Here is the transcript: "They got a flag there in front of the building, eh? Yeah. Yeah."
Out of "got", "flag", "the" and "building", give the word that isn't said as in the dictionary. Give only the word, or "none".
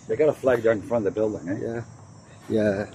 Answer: none